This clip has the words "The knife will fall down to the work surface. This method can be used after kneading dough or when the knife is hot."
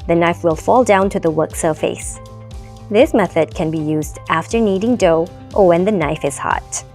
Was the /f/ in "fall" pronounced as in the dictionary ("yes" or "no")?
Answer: yes